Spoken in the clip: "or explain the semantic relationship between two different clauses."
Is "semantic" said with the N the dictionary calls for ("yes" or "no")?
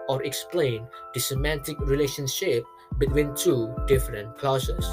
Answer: yes